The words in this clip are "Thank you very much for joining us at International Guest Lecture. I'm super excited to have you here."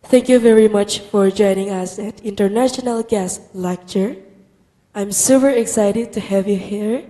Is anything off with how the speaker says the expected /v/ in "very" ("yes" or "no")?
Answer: no